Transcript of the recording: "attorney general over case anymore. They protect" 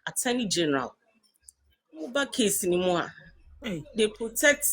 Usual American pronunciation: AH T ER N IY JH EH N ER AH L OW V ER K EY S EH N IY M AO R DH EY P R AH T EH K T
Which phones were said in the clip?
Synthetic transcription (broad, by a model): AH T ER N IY JH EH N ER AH L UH B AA K EY S N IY M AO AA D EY P R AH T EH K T